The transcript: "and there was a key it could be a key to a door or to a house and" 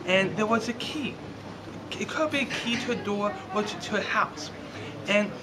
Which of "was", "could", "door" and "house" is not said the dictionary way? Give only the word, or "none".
door